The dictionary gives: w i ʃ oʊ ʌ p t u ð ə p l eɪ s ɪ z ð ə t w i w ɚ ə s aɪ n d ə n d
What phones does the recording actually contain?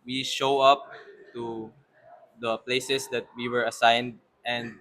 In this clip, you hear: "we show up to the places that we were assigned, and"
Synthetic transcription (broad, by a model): w i ʃ oʊ ʌ p t u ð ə p l eɪ s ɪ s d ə t w i w ɚ ə s aɪ n d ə n d